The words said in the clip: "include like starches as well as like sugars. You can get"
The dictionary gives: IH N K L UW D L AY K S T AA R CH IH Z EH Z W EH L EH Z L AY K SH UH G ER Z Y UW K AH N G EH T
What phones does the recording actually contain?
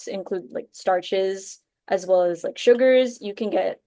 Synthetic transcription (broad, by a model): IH N K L UW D L AY K S T AA R CH IH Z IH Z W EH L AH Z L AY K SH UH G ER Z Y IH K AH N G EH T